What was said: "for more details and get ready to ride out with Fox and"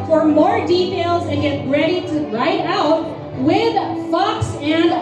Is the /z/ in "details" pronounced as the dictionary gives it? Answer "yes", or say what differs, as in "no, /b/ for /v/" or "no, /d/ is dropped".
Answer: yes